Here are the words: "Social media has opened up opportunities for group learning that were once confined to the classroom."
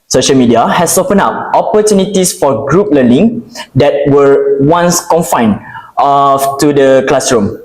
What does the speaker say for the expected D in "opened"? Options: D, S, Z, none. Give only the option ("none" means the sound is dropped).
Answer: none